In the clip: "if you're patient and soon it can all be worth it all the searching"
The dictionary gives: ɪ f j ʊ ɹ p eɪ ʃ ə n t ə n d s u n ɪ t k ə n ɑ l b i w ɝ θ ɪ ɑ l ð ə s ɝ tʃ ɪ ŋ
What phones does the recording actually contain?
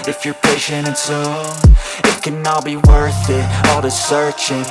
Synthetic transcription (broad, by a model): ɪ f j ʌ ɹ p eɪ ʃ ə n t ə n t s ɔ ɪ t k ə n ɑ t b i w ɝ θ ɪ ɑ l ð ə s ɝ tʃ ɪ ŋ